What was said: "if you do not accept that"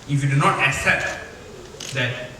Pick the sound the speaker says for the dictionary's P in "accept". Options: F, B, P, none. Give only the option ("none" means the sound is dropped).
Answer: P